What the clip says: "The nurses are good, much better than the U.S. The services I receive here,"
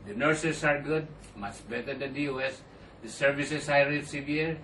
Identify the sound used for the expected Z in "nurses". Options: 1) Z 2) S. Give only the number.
2